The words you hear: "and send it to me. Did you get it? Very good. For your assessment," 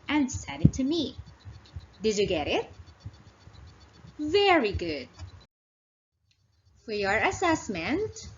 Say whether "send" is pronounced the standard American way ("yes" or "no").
no